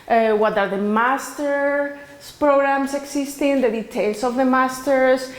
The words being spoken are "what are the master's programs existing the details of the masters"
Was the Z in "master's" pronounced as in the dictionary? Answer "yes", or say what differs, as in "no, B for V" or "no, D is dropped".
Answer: no, S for Z